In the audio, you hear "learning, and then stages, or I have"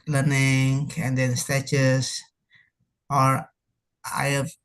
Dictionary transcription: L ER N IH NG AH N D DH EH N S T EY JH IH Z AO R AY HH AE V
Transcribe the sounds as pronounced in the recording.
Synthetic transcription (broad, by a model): L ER N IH NG AH N D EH N S T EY CH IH S AO R AY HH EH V